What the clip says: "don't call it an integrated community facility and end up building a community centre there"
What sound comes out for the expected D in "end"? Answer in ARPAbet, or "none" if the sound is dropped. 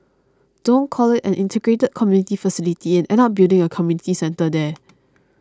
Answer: none